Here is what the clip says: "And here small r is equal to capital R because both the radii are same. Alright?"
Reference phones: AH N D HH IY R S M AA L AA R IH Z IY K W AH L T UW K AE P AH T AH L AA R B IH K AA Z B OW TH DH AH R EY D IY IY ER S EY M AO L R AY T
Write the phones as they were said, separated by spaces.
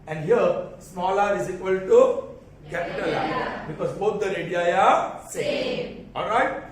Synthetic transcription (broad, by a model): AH N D HH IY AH S M AA L AA R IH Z IY K W AH L T UW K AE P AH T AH L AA B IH K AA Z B OW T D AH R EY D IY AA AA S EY AO L R AY T